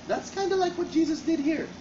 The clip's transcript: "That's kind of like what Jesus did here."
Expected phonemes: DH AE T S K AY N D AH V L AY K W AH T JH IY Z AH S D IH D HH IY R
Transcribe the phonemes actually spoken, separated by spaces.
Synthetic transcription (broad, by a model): DH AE T S K AY N D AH L AY K W AH T JH IY Z AH S D IH D HH IY R